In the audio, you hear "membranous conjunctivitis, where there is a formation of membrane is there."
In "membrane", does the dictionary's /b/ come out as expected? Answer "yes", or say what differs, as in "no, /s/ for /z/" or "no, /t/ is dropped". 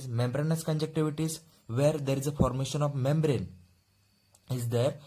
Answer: yes